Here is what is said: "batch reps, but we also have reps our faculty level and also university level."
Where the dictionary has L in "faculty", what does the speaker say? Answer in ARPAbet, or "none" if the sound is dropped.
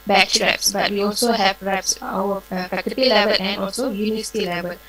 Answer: none